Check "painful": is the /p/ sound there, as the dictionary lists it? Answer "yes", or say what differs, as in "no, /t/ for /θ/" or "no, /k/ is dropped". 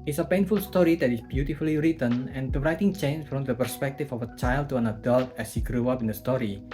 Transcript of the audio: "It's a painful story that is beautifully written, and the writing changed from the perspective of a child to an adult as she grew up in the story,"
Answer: yes